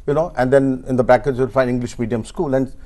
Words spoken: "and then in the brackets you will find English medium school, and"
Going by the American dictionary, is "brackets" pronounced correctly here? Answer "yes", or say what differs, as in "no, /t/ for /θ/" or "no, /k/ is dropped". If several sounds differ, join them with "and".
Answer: no, /ɹ/ is dropped